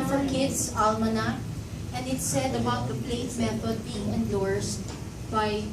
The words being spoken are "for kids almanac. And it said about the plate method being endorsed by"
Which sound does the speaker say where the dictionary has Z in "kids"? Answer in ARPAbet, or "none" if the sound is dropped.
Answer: S